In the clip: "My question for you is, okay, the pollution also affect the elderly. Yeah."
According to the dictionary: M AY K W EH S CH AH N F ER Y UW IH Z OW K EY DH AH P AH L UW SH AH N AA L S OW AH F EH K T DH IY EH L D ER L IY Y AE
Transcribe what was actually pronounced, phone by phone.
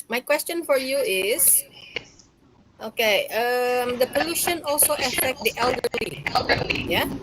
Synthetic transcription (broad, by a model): M AY K W EH S CH AH N F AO Y UW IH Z OW K EY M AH P AH L UW SH AH N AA L S OW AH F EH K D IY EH L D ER IY Y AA